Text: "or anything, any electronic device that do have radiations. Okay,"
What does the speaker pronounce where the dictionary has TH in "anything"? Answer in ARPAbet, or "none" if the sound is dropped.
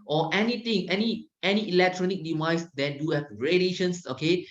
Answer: T